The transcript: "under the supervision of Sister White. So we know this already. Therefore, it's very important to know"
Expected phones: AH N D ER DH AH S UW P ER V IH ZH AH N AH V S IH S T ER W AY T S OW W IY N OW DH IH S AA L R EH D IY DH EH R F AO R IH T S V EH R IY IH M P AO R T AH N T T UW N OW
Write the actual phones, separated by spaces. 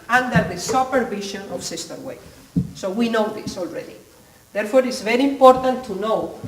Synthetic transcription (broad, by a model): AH N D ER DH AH S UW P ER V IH SH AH N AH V S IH S T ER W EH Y S OW W IY N OW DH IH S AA L R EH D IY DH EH R F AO R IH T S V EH R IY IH M P AO R T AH N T T UW N OW